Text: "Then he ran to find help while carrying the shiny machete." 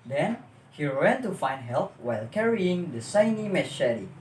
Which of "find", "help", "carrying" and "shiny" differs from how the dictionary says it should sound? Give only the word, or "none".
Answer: shiny